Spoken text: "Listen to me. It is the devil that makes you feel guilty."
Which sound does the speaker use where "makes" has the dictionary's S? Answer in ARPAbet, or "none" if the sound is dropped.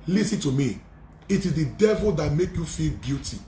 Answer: none